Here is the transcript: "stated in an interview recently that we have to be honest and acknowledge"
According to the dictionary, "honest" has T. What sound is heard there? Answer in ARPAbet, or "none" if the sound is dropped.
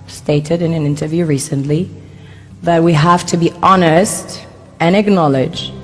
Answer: T